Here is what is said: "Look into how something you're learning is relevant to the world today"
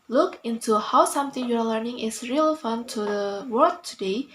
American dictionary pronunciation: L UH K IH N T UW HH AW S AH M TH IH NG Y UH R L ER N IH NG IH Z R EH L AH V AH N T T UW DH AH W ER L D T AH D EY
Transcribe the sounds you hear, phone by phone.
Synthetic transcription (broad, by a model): L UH K IH N T UW HH AW S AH M T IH NG Y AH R L ER N IH NG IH S R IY L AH F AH N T T UW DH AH W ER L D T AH D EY